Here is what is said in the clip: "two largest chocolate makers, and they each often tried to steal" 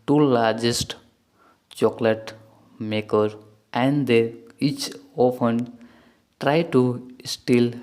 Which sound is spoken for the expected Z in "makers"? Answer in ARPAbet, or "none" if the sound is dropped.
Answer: none